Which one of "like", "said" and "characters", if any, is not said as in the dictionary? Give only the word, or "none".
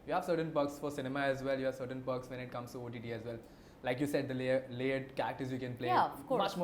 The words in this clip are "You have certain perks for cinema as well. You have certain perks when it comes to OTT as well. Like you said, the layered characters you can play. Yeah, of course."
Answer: characters